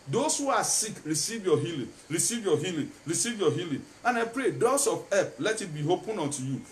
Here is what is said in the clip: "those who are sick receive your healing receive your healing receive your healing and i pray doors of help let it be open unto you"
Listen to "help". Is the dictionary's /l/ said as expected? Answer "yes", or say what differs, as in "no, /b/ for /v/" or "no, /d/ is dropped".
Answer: no, /l/ is dropped